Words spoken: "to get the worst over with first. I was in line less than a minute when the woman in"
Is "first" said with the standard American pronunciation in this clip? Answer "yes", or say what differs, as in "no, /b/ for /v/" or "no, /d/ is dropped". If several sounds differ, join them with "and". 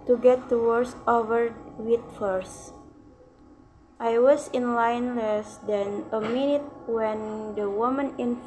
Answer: yes